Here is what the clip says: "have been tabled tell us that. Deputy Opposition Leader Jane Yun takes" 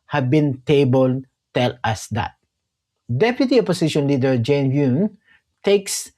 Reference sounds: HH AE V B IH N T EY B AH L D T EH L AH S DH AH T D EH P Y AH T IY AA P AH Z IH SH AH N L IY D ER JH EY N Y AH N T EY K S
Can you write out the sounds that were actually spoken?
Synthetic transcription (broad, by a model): HH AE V B IH N T EY B AH L D T EH L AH S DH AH T D EH P Y AH T IY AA P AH S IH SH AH N L IY D ER JH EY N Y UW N T EY K S